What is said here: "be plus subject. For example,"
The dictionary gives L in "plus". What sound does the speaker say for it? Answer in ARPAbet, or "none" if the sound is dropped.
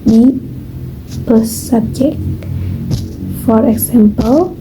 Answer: none